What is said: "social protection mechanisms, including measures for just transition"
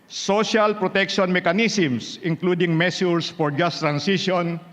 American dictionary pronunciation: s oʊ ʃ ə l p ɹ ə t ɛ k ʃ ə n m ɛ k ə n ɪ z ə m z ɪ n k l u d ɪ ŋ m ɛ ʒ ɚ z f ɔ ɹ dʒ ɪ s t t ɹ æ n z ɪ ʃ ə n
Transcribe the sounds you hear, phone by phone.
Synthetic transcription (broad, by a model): s oʊ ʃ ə l p ɹ ə t ɛ k ʃ ə n m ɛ k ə n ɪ s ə m s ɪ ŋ k l u d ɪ ŋ m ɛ s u s f ɔ ɹ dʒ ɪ s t t ɹ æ n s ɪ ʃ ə n